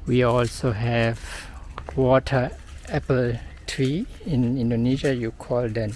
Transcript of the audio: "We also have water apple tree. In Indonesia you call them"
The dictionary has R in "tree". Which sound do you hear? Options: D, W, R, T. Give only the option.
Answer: R